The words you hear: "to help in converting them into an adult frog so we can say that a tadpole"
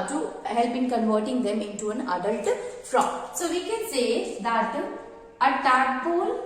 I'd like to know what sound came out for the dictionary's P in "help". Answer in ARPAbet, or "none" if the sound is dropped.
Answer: B